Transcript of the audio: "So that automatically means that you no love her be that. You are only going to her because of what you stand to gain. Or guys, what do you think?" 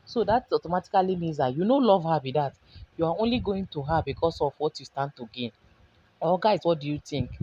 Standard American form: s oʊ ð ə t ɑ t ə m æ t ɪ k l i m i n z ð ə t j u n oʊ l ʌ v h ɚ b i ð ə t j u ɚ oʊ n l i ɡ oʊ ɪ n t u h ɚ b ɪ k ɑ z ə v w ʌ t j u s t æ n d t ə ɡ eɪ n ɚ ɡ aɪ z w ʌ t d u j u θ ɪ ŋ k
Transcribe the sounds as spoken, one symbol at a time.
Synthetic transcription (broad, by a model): s oʊ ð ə t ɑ t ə m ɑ t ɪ k l i m i n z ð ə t j u n oʊ l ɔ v h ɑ b i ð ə t j u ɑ oʊ n l i ɡ oʊ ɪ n t u h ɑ b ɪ k ɑ s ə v w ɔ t j u s t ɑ n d t ə ɡ eɪ n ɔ ɡ aɪ s w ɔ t d u j u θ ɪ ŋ k